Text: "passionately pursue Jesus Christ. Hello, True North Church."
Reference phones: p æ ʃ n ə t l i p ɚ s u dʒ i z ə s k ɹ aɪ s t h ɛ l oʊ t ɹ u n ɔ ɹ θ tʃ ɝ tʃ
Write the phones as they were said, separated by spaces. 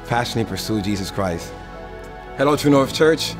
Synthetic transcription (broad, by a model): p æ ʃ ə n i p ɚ s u dʒ i z ə s k ɹ aɪ s t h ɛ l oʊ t u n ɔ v tʃ ɝ tʃ